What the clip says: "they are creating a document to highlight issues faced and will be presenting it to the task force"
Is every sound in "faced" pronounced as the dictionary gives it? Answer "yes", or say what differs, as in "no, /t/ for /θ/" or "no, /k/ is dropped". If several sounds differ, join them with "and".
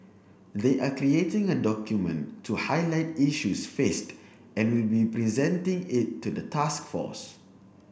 yes